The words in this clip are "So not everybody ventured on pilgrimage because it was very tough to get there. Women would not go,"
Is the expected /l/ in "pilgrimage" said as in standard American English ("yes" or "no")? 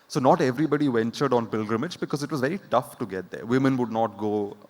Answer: yes